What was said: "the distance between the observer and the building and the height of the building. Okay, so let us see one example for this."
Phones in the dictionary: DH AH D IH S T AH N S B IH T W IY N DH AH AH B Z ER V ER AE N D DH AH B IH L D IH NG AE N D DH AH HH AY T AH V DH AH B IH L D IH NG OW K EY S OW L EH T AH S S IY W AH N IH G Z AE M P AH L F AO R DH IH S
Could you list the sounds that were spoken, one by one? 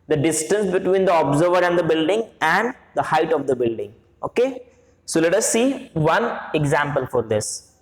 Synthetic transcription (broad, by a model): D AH D IH S T AH N S B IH T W IY N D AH AH B Z ER V ER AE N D AH B IH L D IH NG AE N D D AH HH AY T AH V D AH B IH L D IH NG OW K EY S OW L EH T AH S S IY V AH N IH G Z AE M P AH L F AO R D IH S